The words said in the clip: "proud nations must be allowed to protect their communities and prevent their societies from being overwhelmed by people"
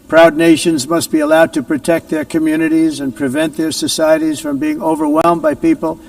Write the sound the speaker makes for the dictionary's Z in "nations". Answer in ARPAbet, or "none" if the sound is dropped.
Z